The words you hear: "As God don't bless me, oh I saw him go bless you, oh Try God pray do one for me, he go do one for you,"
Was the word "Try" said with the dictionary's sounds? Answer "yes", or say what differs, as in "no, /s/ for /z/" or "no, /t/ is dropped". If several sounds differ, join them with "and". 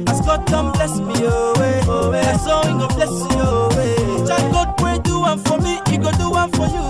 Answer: no, /ɹ/ is dropped